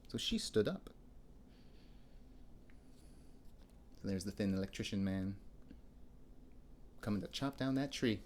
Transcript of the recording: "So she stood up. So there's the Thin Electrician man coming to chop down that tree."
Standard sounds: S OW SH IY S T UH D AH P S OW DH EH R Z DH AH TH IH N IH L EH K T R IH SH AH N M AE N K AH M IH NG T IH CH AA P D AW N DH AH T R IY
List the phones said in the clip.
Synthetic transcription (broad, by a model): S OW SH IY S T UH D AH P S OW DH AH R Z DH AH TH IH N IH L EH K T R IH SH AH N M AE N K AH M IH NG T IH CH AA P D AW N DH AH T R IY